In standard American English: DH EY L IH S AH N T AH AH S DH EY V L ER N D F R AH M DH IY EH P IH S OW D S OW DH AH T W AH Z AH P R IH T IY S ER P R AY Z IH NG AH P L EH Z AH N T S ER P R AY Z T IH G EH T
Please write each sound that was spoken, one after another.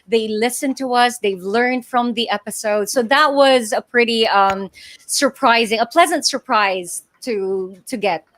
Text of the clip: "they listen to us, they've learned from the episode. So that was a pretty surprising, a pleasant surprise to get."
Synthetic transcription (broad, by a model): DH EY L IH S AH N T AH AH S DH EY V L ER N D F R AH M DH IY EH P IH S OW D S OW DH AH T W AH Z AH P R IH T IY S ER P R AY Z IH NG AH P L EH Z AH N T S ER P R AY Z T IH G EH T